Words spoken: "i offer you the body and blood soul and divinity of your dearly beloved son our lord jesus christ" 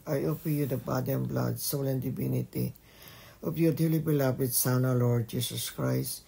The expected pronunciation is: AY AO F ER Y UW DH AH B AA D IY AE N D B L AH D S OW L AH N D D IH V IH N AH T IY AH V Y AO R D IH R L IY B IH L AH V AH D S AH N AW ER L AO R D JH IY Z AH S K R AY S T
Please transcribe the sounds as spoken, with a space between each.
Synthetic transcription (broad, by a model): AY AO P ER Y UW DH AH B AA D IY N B L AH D S OW L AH N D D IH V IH N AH T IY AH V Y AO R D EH L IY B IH L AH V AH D S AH N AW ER L AO R D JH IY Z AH S K R AY S T